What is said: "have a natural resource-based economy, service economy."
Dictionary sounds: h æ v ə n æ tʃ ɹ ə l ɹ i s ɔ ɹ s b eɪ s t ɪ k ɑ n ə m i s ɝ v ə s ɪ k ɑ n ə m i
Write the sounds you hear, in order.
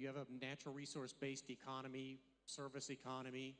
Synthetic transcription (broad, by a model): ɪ v ə n æ tʃ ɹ l ɹ i s ɔ ɹ s b eɪ s t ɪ k ɑ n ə m i s ɝ v ə s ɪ k ɑ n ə m i